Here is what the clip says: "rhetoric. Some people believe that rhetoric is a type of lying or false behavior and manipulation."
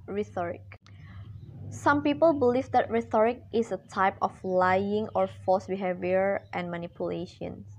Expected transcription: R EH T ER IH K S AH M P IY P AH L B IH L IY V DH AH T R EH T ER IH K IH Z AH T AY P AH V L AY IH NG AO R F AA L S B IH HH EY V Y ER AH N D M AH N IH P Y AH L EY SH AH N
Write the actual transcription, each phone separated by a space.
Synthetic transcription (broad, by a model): R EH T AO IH K S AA M P IY P AH L B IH L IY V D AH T R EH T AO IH K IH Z AH T AY P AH F L AY IH NG AO R F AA S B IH HH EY V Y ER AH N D M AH N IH P Y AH L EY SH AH N